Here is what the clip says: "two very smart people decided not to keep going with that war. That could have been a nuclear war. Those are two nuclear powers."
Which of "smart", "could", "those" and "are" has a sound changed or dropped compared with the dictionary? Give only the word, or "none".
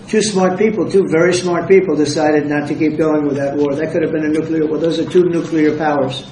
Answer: none